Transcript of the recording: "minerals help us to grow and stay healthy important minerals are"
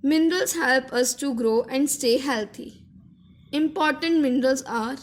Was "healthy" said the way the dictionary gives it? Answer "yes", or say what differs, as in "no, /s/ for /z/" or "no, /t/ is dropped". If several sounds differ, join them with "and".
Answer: no, /t/ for /θ/